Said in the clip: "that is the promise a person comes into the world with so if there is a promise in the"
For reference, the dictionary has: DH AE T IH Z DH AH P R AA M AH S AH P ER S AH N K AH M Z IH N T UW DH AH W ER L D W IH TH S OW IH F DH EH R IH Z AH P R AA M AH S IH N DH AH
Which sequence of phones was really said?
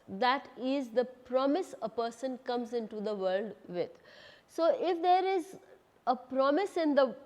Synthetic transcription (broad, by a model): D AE T IH Z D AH P R AA M AH S AH P ER S AH N K AH M Z IH N T UW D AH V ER L D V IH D S OW IH F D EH R IH Z AH P R AA M AH S IH N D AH